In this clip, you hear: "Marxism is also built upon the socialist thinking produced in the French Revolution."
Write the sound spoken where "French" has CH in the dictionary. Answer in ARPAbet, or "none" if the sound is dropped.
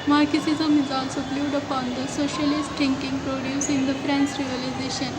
S